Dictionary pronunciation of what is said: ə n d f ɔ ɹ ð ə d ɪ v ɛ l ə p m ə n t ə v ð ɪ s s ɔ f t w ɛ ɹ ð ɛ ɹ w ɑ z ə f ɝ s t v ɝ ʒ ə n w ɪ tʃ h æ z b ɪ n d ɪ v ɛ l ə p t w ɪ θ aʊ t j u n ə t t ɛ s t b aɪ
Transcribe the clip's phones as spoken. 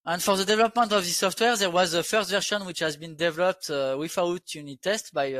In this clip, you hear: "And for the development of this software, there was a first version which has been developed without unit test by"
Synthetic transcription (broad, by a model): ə n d f ɔ ɹ ð ə d ɪ v ɛ l ə p m ə n t ə v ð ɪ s s ɔ f t w ɛ ɹ ð ɛ ɹ w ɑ z ə f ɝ s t v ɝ ʃ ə n w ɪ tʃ h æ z b ɪ n d ɪ v ɛ l ə p t w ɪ f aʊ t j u n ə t t ɛ s t b aɪ